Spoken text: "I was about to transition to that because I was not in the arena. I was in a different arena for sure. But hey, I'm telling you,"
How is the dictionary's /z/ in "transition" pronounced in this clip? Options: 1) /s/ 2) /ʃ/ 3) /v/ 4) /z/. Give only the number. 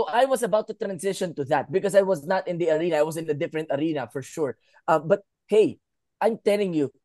1